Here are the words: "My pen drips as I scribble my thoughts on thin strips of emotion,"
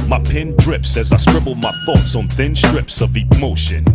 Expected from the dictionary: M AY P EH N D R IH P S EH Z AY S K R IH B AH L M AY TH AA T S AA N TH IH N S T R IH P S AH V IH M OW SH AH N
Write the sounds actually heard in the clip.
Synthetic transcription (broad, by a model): M AY P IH N D R IH P S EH Z AY S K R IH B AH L M AY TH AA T S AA N TH IH N S T R IH P S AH V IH M OW SH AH N